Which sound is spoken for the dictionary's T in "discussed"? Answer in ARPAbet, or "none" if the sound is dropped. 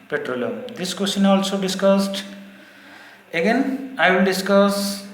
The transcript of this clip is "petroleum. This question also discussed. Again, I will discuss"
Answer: T